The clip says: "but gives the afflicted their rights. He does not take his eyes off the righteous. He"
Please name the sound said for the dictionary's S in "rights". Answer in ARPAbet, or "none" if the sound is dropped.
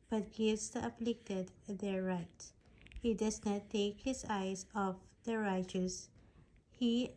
none